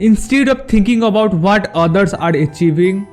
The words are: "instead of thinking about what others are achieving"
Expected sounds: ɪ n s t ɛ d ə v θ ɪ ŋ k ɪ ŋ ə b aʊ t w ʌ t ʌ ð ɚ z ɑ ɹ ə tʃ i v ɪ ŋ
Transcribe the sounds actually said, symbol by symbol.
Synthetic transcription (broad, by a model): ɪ n s t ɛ d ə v t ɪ ŋ k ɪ ŋ ə b aʊ t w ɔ t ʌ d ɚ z ɑ ɹ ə tʃ i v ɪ ŋ